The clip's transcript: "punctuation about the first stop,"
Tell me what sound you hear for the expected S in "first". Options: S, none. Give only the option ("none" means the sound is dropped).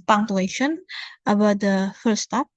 none